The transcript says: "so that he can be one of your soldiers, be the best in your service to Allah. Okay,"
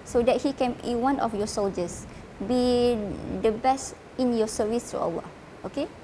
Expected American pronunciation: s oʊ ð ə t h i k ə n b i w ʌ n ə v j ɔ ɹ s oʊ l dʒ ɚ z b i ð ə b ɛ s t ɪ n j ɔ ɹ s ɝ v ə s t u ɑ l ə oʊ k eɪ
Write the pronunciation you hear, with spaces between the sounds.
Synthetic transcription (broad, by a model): s oʊ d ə t h i k ə n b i w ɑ n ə f j ɔ s oʊ l dʒ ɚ s b i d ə b ɛ s t ɪ n j ɔ s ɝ v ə s t u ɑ w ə oʊ k eɪ